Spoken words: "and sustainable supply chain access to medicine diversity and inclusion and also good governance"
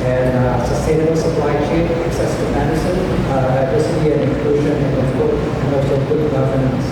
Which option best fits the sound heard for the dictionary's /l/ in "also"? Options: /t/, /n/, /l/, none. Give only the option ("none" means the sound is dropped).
/n/